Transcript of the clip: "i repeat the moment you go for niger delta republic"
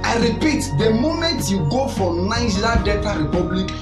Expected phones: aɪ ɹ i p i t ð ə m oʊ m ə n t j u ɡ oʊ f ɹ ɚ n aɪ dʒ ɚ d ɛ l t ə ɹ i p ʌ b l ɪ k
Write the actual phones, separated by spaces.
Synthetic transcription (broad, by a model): aɪ ɹ i p i t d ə m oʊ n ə t j u ɡ oʊ f ɹ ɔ n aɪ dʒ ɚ d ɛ t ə ɹ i p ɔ b l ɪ k